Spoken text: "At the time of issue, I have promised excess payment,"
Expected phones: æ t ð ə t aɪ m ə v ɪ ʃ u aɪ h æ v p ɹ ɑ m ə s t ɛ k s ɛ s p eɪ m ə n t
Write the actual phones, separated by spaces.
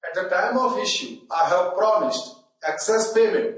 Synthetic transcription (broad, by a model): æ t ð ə t aɪ m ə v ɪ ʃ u aɪ h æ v p ɹ ɑ m ə s t ɛ k s ɛ s p eɪ m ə n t